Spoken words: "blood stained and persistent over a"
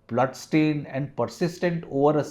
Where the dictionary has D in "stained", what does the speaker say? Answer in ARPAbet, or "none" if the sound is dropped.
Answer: none